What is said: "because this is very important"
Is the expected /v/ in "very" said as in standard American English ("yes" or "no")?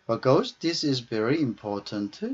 yes